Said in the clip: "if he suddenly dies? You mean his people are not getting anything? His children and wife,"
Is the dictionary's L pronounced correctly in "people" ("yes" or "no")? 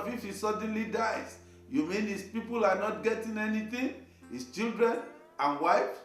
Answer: yes